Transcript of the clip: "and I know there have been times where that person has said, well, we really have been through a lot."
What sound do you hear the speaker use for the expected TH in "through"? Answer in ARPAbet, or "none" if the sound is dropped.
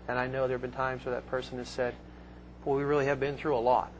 TH